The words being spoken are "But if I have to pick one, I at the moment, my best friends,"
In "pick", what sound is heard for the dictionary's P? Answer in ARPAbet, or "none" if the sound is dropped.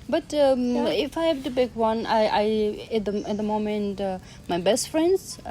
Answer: B